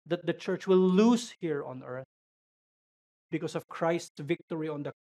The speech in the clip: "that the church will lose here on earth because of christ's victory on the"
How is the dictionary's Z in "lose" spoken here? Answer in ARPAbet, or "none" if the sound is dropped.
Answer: S